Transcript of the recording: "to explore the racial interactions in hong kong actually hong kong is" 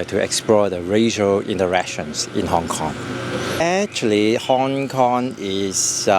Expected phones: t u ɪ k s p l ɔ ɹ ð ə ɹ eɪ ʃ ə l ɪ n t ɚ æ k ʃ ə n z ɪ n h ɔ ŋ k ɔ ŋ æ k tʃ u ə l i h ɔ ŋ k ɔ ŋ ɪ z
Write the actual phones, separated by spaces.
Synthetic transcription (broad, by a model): t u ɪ k s p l ɔ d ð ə ɹ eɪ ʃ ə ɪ n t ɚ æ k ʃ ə n s ɪ n h ɔ ŋ k ɔ ŋ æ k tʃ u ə l i h ɔ ŋ k ɔ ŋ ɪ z